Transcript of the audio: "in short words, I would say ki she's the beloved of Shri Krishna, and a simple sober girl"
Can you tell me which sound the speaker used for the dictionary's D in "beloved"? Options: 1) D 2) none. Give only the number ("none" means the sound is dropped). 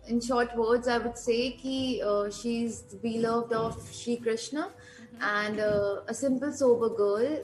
1